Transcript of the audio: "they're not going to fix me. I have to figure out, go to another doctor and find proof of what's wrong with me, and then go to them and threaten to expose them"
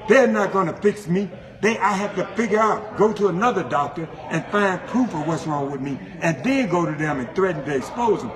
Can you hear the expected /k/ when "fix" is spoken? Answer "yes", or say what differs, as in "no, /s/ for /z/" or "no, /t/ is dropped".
yes